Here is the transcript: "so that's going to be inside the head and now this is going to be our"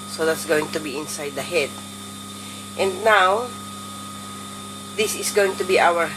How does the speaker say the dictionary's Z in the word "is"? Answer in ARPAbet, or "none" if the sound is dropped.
S